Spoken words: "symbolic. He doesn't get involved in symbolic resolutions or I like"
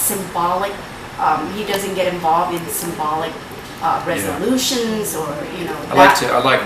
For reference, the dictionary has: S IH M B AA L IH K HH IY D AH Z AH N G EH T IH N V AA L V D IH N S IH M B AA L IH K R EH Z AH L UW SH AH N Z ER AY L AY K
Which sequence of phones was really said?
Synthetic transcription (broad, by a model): S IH M B AA L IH K HH IY D AH Z AH N G EH T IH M V AA L V D IH N S IH M B AA L IH K R EH Z AH L UW SH AH N Z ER AY L AY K